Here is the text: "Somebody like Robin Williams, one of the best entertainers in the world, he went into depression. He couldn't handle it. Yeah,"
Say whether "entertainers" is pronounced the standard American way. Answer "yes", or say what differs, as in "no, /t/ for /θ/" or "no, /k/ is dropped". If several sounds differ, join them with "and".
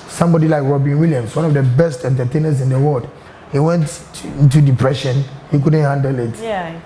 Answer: no, /s/ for /z/